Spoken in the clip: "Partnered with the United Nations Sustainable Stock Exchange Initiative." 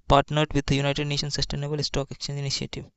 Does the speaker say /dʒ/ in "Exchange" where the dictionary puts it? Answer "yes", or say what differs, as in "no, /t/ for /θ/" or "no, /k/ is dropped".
no, /dʒ/ is dropped